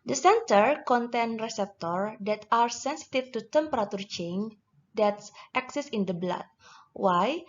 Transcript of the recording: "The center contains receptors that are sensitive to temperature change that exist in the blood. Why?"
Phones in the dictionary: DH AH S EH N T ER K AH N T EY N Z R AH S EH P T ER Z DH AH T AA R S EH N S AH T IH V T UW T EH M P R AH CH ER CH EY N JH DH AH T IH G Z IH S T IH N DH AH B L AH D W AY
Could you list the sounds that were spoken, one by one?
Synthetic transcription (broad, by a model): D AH S EH N T ER K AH N T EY N R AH S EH P T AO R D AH T AA R S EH N S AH T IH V T UW T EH M P R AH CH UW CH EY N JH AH T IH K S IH S IH N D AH B L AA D W AY